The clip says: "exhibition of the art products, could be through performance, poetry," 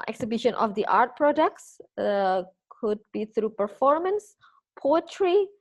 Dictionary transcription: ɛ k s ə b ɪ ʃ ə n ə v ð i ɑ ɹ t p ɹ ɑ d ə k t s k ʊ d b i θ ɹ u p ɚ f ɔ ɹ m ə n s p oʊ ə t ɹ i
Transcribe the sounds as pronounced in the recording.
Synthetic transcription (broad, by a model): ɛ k s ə b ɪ ʃ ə n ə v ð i ɑ ɹ t p ɹ ɑ d ə k t s k ʊ d b i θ ɹ u p ɚ f ɔ ɹ m ə n s p oʊ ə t ɹ i